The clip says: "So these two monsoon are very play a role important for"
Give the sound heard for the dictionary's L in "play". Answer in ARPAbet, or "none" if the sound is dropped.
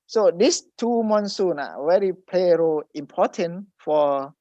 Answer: L